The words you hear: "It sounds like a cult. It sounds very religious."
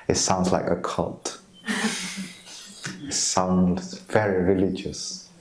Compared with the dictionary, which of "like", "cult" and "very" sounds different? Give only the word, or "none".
none